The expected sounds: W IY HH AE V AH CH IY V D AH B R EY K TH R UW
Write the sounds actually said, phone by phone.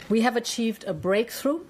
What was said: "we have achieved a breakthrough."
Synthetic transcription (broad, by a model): W IY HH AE V AH CH IY V D AH B R EY K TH R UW